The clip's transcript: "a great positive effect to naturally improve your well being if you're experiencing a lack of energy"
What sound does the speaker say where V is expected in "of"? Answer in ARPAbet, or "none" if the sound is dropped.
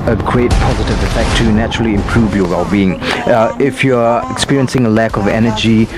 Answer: V